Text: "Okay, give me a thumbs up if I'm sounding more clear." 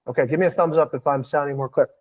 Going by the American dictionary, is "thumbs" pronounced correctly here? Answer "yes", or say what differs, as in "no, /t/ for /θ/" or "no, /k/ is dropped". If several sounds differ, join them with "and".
yes